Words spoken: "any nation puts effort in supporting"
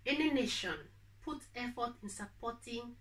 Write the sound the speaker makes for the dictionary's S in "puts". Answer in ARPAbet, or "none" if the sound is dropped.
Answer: none